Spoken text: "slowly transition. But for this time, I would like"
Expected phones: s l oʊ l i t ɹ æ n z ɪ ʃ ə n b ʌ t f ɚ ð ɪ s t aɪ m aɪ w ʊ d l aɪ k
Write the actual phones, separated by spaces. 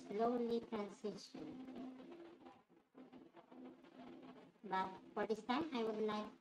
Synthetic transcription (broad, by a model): s l oʊ l i t ɹ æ n s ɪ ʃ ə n b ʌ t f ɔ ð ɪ s t aɪ m aɪ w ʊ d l aɪ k